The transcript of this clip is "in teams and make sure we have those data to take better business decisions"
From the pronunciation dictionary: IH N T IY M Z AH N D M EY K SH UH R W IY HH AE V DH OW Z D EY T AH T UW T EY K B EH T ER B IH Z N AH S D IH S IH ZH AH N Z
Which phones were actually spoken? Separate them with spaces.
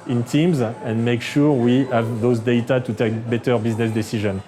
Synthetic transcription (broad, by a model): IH N T IY M Z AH N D M EY K SH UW R W IY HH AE V DH OW Z D EY T AH T UW T EY K B EH T ER B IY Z N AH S D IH S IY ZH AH N